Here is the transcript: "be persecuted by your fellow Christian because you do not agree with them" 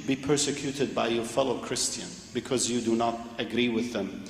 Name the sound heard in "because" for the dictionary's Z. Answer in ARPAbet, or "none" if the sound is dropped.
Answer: Z